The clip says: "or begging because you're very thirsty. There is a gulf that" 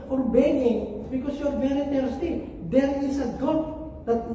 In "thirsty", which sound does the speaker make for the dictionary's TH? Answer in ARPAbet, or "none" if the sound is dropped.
T